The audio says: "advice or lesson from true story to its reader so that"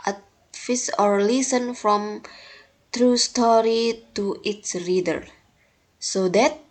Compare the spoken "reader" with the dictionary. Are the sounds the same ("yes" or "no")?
yes